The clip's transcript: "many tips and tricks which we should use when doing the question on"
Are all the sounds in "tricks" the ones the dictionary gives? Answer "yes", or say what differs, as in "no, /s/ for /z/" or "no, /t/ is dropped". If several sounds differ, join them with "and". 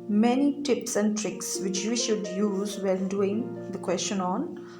yes